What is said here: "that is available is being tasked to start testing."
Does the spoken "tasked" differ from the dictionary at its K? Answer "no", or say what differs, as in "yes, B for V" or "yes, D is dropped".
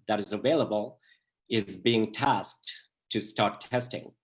no